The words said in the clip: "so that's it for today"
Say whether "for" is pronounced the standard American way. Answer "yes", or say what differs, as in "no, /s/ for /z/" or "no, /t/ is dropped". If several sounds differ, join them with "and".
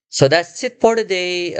no, /p/ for /f/